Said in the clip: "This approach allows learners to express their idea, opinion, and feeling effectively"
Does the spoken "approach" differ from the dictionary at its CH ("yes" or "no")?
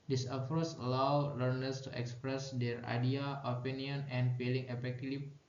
yes